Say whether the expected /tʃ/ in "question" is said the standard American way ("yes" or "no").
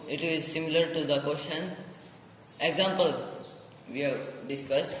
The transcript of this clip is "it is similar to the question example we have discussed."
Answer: no